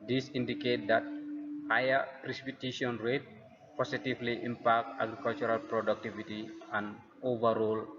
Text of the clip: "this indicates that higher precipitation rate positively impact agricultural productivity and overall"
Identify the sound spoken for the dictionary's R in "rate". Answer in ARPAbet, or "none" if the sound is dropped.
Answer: R